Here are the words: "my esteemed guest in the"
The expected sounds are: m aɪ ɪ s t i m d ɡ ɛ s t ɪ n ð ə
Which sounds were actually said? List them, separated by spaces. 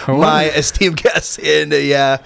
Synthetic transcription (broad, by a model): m aɪ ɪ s t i m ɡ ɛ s ɪ n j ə